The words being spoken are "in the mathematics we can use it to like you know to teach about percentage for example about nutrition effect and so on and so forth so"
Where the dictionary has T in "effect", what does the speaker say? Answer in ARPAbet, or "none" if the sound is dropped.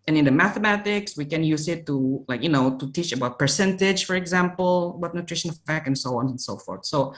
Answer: none